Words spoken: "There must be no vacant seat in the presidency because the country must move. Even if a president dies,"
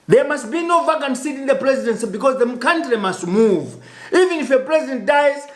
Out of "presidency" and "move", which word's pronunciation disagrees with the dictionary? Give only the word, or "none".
none